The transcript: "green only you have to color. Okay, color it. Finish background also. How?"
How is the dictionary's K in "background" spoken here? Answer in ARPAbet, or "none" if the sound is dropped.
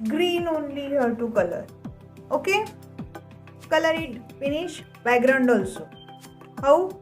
none